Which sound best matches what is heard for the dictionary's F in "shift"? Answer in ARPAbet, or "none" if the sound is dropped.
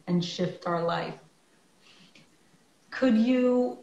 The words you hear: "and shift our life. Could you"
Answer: F